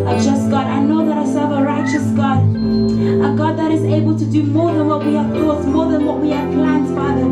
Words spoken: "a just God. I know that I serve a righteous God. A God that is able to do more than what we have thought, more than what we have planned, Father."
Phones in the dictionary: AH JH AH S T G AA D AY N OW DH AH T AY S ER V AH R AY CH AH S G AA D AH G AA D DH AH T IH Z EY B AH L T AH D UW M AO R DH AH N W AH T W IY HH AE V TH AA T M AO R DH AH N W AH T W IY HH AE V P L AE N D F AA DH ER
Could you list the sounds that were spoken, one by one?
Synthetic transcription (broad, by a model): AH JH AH S G AA D AY N OW DH AH T AY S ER V AH R AY CH AH S G AA D AH G AA D DH AH T IH Z EY B AH L T AH D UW M AO R DH AH N W AH T W IY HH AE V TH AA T M AO R DH AH N W AH T W IY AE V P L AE N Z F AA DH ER